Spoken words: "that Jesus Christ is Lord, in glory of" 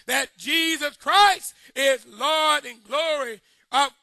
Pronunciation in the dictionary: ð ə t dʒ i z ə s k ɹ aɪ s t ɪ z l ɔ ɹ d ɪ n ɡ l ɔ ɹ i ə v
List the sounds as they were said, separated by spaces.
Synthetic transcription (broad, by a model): ð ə t dʒ i z ə s k ɹ aɪ s t ɪ z l ɔ ɹ d ɪ n ɡ l ɔ ɹ i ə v